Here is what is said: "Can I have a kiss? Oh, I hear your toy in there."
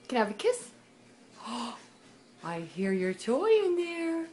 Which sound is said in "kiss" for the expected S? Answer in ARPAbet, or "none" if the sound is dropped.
S